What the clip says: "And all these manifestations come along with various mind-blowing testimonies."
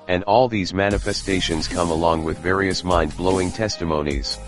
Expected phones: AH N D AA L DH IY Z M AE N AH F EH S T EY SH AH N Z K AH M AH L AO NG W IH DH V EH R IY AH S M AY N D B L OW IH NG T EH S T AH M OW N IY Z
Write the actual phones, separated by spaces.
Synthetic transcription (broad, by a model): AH N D AA L DH IY Z M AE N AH F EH S T EY SH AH N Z K AH M AH L AO NG W IH DH V EH R IY AH S M AY N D B L OW IH NG T EH S T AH M OW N IY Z